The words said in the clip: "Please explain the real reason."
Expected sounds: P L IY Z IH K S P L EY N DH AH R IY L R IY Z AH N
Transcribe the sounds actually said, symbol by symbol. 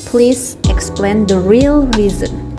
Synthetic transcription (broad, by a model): P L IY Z IH K S P L EY N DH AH R IY L R IY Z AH N